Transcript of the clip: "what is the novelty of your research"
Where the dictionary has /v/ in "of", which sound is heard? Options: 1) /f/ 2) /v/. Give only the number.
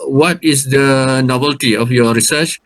1